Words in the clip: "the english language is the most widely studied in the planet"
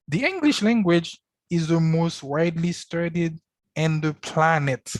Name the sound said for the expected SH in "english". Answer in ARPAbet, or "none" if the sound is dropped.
SH